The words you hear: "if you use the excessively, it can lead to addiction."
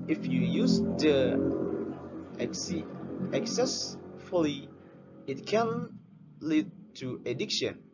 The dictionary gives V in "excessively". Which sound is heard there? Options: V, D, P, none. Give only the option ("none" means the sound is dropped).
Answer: none